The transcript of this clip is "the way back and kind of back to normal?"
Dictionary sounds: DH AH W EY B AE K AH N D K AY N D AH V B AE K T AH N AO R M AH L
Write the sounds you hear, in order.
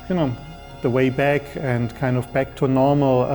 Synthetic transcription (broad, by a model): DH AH W EY B AE K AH N K AY N D AH V B AE K T AH N AO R M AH L